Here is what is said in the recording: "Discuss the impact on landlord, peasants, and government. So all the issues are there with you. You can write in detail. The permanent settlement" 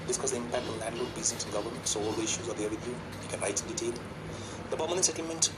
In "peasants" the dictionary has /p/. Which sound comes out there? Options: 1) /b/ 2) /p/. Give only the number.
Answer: 1